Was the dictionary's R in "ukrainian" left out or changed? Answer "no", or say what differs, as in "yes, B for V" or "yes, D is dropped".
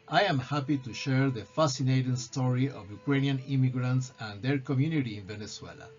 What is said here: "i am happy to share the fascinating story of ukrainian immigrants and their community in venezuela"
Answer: no